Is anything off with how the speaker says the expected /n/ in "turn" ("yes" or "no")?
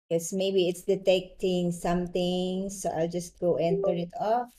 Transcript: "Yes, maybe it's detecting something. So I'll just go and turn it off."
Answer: yes